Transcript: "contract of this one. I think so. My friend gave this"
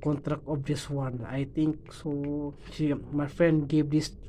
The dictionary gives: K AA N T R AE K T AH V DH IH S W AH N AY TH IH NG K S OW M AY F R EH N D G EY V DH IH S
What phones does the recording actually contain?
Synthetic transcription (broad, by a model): K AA N T R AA K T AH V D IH S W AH N AY T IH NG K S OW M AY F R EH N D G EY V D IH S